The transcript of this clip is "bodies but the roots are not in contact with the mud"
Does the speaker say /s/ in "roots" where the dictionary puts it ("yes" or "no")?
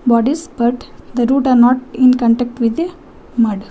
no